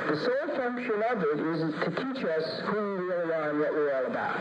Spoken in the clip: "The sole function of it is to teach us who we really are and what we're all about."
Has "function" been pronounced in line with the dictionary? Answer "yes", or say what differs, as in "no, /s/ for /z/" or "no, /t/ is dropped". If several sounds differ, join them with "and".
yes